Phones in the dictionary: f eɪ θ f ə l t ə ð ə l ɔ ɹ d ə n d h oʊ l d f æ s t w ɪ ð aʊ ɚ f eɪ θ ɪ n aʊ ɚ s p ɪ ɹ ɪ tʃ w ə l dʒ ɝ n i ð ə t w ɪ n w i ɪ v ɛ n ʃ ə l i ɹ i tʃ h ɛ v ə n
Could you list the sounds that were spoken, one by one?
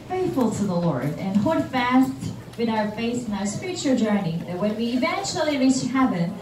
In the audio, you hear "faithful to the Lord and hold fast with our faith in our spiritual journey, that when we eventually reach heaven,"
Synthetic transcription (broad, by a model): f eɪ θ f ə l t ə ð ə l ɔ ɹ d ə n h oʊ d f æ s t w ɪ ð aʊ ɚ f eɪ s ɪ n aʊ ɚ s p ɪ ɹ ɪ tʃ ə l dʒ ɝ n i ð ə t w ɪ n w i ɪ v ɛ n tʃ l i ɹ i s h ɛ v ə n